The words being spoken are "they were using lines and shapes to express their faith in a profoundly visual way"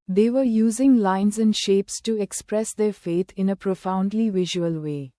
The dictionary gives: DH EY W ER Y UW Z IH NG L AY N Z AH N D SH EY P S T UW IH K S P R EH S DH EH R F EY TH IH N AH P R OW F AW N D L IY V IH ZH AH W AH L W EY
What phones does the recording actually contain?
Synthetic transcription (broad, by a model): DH EY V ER Y UW Z IH NG L AY N Z AH N D SH EY P S T UW IH K S P R EH S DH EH R F EY T IH N AH P R OW F AW N D L IY V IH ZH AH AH L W EY